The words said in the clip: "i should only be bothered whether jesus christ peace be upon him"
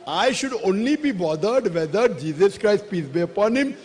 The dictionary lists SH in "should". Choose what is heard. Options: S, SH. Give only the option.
SH